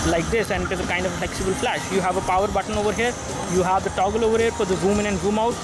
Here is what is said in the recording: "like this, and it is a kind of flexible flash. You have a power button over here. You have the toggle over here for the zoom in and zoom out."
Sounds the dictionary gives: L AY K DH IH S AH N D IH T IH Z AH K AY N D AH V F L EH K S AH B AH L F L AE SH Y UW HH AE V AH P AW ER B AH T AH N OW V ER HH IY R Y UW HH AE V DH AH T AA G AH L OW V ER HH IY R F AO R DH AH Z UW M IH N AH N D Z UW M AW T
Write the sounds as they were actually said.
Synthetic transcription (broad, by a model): L AY K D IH S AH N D IH T IH Z AH K AY N D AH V F L EH K S AH B AH L F L AE SH Y UW HH AE V AH P AW ER B AH T AH N OW V ER HH IY R Y UW HH AE V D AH T AA G AH L OW V ER HH IY R P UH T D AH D UW M IH N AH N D UW M AW T